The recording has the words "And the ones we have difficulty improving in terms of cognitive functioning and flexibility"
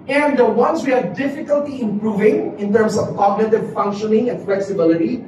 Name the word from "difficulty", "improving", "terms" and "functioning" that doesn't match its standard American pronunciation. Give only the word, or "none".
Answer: terms